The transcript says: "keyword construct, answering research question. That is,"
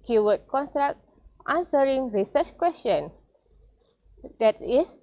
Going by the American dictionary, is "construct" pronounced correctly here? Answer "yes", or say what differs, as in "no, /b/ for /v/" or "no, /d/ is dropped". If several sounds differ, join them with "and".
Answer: no, /s/ is dropped